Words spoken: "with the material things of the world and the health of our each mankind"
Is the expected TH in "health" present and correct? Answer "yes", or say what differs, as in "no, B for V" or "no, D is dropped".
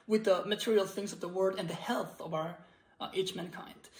yes